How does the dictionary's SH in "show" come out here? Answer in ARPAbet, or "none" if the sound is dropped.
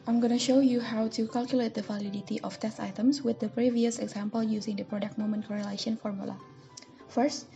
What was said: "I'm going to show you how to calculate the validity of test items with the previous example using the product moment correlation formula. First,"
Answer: SH